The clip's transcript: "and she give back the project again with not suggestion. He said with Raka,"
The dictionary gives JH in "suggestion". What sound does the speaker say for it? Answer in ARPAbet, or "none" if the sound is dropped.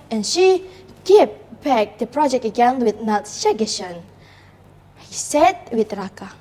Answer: none